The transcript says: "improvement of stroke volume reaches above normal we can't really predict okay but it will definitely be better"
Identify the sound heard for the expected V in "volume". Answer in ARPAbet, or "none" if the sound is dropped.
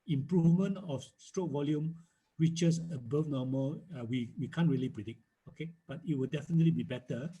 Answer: V